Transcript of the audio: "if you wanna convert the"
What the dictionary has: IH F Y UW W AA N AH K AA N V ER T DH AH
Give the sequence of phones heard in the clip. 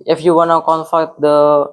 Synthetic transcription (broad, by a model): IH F Y UW W AA N AH K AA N F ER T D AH